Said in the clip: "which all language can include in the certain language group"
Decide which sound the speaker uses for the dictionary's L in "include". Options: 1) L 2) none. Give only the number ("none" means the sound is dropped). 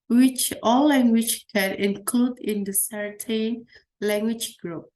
1